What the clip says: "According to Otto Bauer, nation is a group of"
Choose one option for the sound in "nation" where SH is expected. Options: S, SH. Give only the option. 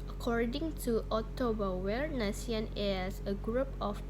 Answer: S